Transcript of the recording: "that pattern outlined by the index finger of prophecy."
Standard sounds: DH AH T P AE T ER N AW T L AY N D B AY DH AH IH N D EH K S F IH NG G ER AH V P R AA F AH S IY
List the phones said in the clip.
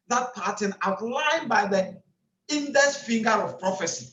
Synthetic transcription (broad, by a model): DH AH T P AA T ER N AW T L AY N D B AY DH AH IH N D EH S F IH NG G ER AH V P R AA F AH S IY